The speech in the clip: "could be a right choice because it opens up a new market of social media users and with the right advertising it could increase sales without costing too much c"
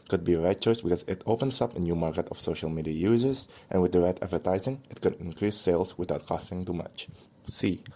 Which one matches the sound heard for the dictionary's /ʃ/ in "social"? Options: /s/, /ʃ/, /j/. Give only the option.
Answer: /ʃ/